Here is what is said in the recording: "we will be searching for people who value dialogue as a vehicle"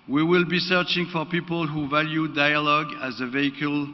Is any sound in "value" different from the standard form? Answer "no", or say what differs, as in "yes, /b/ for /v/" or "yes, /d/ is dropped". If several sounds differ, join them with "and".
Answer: no